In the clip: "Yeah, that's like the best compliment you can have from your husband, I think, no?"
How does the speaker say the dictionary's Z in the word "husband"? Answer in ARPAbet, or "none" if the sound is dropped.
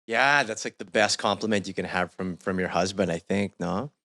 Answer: Z